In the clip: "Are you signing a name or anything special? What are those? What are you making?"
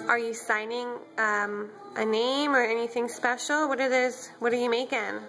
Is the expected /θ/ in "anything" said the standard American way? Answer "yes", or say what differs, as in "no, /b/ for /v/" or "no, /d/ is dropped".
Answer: yes